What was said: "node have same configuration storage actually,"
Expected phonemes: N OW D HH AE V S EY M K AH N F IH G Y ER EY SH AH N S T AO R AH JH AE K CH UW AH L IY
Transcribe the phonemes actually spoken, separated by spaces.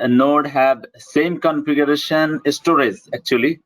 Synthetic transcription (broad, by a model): N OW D HH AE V S EY M K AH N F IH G Y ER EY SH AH N S T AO R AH Z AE K CH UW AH L IY